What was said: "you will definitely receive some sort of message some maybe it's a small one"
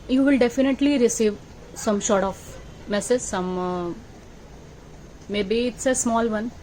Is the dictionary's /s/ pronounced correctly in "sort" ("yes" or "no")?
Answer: no